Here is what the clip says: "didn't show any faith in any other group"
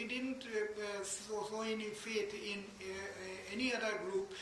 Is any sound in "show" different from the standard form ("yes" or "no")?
yes